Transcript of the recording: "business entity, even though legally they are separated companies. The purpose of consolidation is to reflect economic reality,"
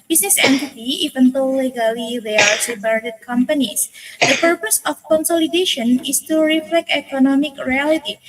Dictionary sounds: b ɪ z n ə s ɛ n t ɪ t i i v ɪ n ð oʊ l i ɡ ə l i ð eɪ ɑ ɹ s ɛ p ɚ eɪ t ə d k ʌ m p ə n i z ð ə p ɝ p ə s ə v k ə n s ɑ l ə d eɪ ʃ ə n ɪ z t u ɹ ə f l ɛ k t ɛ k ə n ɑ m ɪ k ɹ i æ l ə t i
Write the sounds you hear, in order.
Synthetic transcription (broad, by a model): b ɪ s n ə s ɛ n t ɪ t i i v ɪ n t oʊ l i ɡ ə l i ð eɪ ɑ ɹ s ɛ b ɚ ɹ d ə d k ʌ m p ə n i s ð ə p ɝ p ə s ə f k ə n s ɑ l ə d eɪ ʃ ə n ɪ s t u ɹ ə f l ɛ k t ɛ k ə n ɑ m ɪ k ɹ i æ l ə t i